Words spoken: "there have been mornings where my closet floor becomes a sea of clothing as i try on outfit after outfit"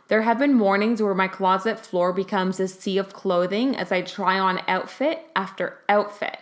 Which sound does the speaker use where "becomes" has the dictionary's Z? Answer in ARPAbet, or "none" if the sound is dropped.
Z